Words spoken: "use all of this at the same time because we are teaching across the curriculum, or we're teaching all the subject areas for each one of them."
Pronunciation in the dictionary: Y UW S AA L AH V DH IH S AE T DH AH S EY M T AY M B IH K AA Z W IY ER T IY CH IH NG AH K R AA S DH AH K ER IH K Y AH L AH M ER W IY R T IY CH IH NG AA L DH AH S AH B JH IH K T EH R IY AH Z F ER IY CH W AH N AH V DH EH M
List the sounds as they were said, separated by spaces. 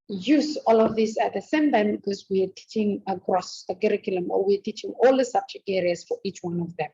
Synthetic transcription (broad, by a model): Y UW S AA L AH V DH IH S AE T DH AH S EY M T AY M B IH K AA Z W IY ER T IY CH IH NG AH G R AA S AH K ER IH K Y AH L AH M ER W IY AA T IY CH IH NG AA L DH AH S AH B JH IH K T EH R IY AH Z F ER IY CH W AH N AH V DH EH M